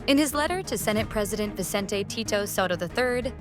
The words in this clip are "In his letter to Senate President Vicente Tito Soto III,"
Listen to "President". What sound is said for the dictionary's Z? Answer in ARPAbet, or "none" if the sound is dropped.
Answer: Z